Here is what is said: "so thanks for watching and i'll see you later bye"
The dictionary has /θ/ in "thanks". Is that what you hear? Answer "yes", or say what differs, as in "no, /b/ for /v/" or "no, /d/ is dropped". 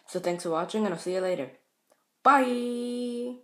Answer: yes